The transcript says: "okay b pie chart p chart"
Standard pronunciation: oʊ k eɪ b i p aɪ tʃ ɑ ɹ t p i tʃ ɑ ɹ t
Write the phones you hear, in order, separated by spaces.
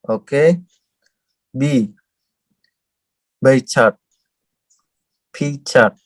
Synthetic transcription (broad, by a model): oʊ k eɪ b i b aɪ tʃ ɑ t p i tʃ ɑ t